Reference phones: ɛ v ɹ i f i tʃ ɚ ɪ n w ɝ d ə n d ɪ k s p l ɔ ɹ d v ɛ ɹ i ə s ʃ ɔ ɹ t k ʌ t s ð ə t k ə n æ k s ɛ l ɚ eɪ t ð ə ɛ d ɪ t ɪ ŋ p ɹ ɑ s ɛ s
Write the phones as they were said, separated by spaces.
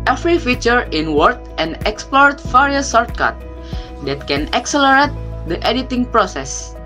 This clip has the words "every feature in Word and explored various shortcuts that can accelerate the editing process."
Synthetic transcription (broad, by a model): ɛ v ɹ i f i tʃ ɚ ɪ n w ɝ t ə n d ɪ k s p l ɔ ɹ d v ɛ ɹ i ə s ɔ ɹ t k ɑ t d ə t k ə n æ k s ɛ l ɚ eɪ t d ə ɛ d ɪ t ɪ ŋ p ɹ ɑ s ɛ s